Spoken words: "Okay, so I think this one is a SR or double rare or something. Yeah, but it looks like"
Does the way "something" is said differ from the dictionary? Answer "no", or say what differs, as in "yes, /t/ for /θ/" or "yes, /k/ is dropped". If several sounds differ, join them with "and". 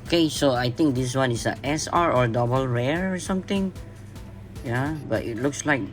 yes, /t/ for /θ/